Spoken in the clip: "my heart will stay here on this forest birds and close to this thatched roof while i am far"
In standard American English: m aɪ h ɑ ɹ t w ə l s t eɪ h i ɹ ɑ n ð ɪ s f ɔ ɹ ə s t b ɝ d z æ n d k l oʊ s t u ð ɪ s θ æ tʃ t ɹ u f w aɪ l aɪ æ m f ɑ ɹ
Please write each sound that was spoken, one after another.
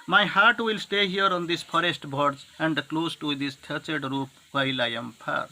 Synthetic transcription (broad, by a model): m aɪ h ɑ ɹ t w ə l s t eɪ h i ɹ ɑ n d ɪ s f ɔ ɹ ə s t b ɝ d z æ n d k l oʊ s t u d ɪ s t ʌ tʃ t ɹ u p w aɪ l aɪ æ m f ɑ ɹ